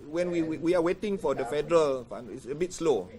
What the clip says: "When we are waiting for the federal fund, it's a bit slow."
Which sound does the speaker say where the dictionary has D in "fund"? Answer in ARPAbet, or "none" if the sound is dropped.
none